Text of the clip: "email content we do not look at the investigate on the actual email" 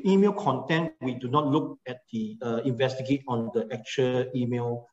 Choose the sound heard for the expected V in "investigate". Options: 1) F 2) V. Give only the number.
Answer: 2